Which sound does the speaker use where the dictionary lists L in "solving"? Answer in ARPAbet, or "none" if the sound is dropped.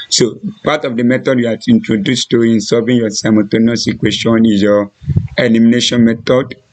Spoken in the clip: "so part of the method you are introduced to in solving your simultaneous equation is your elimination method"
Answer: none